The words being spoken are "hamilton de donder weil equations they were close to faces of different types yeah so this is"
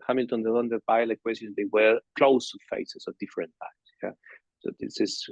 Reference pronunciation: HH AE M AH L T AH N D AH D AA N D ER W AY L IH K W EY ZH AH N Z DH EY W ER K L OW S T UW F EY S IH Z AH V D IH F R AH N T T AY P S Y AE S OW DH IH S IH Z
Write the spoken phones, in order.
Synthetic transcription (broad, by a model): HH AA M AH L T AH N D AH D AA N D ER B AY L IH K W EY S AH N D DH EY W ER K L OW S T UW F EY S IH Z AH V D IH F R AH N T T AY S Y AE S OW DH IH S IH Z